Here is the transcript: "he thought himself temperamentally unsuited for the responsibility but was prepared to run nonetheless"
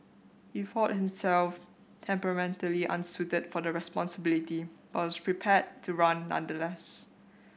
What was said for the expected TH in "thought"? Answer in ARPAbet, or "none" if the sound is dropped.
F